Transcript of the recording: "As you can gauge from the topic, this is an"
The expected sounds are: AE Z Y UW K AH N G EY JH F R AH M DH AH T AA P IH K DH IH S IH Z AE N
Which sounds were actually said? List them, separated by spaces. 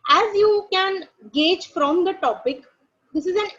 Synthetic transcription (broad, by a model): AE Z Y UW K AH N G EY JH F R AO M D AH T AA P IH K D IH S IH Z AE N